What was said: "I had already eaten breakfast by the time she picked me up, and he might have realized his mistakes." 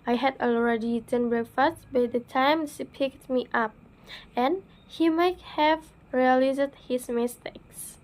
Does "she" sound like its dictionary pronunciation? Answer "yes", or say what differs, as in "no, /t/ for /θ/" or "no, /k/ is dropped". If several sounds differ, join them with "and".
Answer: no, /s/ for /ʃ/